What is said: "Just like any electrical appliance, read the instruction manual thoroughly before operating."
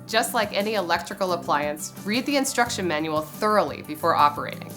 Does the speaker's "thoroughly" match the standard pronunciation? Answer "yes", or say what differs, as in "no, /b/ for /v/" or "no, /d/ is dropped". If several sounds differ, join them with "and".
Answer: yes